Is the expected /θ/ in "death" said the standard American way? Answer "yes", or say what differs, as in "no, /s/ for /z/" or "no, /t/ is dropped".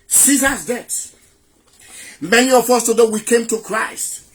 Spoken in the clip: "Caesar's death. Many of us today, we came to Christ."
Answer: no, /s/ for /θ/